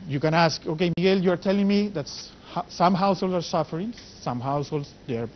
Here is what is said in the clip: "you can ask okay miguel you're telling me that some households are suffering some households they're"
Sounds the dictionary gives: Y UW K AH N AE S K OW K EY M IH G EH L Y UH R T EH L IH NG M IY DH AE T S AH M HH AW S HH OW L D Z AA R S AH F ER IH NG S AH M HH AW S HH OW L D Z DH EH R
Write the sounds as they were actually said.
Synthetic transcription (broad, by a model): Y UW K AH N AE S K OW K EY M IH G EH L Y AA R T EH L IH NG M IY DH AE T S AH M HH AW S HH OW L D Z AA R S AH F ER IH NG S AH M HH AW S HH OW L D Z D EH R